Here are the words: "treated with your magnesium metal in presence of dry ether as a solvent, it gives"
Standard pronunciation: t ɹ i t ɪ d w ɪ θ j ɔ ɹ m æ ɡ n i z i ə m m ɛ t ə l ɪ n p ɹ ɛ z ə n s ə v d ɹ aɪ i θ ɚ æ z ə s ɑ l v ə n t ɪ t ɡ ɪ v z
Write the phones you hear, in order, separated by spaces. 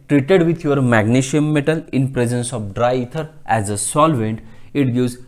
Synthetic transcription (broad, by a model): t ɹ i t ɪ d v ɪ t j ɔ ɹ m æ ɡ n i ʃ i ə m m ɛ t ə l ɪ n p ɹ ɛ z ə n s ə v d ɹ aɪ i t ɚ æ z ə s ɑ l v ə n t ɪ t ɡ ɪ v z